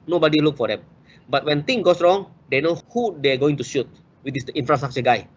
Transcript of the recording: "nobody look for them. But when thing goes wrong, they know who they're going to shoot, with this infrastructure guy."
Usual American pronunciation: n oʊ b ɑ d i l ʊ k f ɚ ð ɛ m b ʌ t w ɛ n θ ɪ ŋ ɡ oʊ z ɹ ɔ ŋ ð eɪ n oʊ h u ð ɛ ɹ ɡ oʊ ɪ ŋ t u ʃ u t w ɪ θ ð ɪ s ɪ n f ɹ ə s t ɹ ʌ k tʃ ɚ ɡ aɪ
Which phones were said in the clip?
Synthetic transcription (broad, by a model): n oʊ b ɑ d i l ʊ k f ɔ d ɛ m b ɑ t w ɛ n t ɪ ŋ ɡ oʊ s ɹ ɔ ŋ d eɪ n oʊ h u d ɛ ɡ oʊ ɪ ŋ t u ʃ u t w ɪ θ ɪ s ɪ n f ɹ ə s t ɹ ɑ k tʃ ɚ ɡ aɪ